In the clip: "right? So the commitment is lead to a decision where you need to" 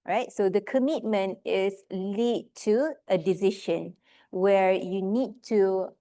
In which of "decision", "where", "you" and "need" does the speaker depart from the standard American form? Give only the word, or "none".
decision